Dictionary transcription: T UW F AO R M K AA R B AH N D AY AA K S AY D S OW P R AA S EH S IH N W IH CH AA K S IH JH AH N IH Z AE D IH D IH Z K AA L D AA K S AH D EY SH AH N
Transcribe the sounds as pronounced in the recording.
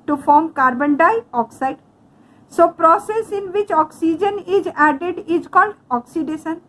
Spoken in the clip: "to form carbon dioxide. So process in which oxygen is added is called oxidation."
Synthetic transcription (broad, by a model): T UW F AO R M K AA R B AH N D AY AA K S AY D S OW P R AA S EH S IH N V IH CH AA K S IH JH AH N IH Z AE D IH D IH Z K AA L D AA K S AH D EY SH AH N